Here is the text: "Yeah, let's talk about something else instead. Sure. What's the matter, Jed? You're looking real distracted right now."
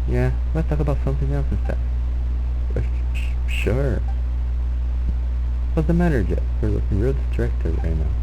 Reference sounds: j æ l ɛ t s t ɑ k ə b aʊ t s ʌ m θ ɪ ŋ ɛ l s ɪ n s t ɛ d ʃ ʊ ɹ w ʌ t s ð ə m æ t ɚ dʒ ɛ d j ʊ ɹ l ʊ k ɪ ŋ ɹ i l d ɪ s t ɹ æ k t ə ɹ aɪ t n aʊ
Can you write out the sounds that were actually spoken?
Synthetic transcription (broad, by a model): j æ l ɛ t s t ɑ k ə b aʊ t s ʌ m θ ɪ ŋ ɛ l s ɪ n s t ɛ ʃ ʃ ʊ ɹ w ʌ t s ð ə m æ t ɚ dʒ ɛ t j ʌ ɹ l ʊ k ɪ ŋ ɹ i l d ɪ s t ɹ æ k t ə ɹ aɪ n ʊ